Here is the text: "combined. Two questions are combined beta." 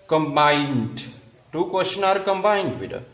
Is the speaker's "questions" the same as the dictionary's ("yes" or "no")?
no